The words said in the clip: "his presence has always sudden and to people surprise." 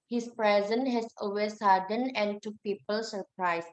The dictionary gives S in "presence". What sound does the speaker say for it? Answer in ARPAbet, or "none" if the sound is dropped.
none